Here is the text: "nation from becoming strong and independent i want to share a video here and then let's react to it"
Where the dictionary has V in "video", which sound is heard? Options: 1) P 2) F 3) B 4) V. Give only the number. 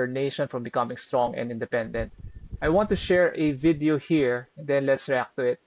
4